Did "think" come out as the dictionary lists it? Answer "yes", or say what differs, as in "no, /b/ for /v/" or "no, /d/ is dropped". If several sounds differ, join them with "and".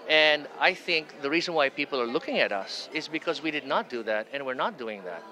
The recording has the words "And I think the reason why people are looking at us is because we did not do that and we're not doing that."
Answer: yes